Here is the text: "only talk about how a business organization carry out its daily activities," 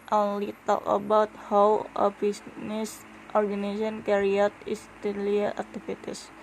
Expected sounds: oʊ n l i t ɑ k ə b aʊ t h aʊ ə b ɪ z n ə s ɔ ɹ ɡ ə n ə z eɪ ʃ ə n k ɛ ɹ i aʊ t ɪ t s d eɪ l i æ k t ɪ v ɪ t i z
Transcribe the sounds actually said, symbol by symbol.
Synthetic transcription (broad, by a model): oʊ n l i t ɑ k ə b aʊ t h aʊ ə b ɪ s n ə s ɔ ɹ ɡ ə n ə s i ə n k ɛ ɹ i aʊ t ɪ s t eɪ l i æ k t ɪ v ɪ t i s